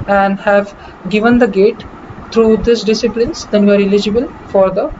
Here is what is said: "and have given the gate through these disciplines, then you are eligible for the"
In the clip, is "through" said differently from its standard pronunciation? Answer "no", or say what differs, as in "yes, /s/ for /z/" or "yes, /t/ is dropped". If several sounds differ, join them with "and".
yes, /t/ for /θ/